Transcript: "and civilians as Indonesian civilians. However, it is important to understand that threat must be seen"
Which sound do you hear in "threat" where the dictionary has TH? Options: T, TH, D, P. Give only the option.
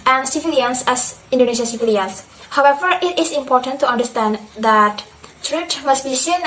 T